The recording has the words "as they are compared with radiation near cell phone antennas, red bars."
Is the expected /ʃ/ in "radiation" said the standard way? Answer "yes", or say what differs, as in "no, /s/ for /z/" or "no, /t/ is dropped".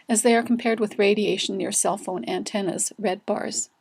no, /ʃ/ is dropped